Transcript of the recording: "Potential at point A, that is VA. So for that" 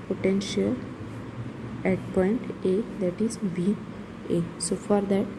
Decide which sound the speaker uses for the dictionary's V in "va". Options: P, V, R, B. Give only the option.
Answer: B